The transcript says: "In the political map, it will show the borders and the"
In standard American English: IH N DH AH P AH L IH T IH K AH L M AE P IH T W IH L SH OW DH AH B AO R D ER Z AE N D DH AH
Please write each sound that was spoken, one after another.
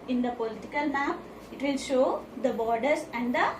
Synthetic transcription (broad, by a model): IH N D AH P AH L IH T IH K AH L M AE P IH T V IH L SH OW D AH B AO R D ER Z AE N D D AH